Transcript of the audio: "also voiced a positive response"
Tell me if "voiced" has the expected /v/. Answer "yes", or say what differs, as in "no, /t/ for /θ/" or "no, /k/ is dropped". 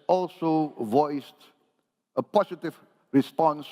yes